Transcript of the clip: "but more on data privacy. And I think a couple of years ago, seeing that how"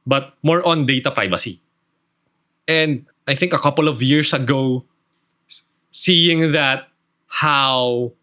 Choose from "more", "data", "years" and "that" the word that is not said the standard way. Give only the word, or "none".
years